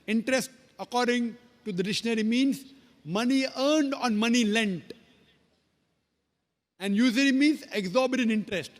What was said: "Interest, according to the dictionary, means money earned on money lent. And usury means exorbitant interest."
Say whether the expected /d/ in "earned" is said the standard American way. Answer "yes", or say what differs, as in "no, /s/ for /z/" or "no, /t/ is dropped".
yes